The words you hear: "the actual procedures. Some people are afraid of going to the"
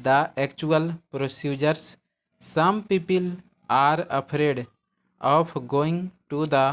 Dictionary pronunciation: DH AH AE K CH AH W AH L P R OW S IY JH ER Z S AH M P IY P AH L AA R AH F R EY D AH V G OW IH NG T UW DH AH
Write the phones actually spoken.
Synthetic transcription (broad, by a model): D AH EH K CH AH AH L P R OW S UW JH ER S AH M P IY P AH L AA R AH P R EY D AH P G OW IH NG T UW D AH